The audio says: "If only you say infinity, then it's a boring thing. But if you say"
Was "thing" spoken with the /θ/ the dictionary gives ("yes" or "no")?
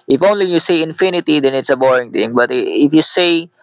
no